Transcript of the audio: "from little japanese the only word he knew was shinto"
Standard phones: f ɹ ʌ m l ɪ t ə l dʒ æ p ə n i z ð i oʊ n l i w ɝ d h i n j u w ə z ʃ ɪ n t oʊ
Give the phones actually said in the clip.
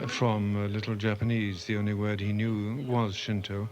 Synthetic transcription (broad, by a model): f ɹ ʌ m l ɪ t l dʒ æ p ə n i z ð i oʊ n l i w ɝ d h i n j u w ə z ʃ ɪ n t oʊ